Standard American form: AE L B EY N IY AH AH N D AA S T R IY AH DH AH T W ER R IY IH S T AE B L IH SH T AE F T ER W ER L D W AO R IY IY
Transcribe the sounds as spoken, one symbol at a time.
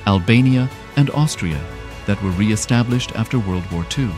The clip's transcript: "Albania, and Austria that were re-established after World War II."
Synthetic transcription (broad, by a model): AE L B EY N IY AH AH N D AA S T R IY AH DH AH T W ER R IY IH S T AE B L IH SH T AE F T ER W ER L D W AO R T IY